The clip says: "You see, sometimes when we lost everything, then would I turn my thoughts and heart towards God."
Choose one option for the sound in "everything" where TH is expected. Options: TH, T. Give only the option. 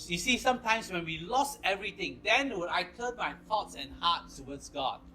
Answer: T